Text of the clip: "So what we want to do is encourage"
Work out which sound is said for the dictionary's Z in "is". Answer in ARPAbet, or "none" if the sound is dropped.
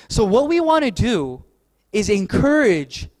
Z